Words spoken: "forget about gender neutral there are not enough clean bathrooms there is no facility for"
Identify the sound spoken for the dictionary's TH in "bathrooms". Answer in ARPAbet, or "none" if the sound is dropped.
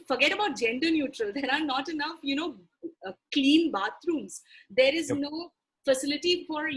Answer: T